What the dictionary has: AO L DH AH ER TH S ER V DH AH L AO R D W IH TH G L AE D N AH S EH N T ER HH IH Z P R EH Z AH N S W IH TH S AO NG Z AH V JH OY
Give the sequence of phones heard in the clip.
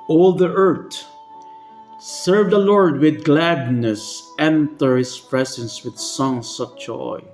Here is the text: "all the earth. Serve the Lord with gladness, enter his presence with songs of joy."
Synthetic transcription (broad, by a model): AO L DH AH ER T S ER V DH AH L AO R D W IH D G L AE D N AH S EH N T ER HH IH S P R EH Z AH N S W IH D S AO NG S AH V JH OY